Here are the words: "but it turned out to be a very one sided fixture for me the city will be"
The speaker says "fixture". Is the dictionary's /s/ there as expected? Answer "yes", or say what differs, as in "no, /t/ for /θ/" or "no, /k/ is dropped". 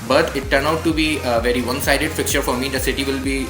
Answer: no, /s/ is dropped